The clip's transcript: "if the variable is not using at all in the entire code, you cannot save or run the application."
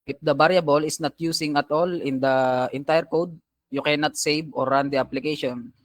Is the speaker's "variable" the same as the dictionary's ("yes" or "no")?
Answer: no